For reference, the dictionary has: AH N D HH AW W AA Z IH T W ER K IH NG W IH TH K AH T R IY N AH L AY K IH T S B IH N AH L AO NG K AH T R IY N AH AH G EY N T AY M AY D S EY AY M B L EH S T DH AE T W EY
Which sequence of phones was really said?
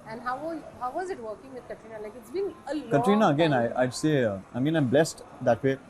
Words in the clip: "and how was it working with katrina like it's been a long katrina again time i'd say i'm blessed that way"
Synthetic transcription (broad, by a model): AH N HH HH AW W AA Z IH T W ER K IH NG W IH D K AH T R IY N AH L AY K IH T S B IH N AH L K AH T R IY N AH AH G EY N AY AY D S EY AY M B L EH S T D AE T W EY